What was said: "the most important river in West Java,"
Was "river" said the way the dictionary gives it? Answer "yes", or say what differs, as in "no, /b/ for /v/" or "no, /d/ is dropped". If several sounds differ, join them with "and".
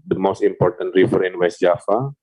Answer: no, /f/ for /v/